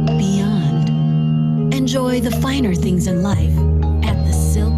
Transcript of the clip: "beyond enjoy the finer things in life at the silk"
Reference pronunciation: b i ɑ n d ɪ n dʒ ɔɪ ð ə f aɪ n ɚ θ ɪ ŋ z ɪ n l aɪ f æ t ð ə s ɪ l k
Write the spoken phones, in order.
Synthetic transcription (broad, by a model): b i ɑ n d ɪ n dʒ ɔɪ ð ə f aɪ n ɚ θ ɪ ŋ z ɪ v l aɪ f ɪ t ð ə s ɪ l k